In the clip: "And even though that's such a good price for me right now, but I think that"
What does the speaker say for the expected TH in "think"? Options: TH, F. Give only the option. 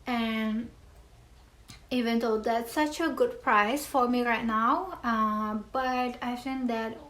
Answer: F